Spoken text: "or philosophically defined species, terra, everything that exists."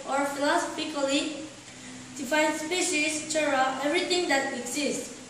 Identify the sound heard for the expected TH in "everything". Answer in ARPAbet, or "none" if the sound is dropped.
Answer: T